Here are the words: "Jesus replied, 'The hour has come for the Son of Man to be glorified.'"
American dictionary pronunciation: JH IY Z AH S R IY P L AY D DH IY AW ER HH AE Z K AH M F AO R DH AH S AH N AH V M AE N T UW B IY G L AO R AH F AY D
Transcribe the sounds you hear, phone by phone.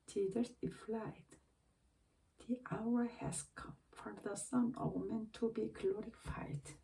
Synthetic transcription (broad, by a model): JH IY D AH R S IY F L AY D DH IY AW ER HH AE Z K AH M F AO R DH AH S AH N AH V M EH N T UW B IY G L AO R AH F AY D